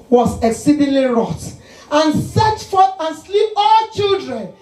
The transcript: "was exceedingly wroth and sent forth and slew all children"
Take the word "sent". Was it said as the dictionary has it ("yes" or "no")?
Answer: no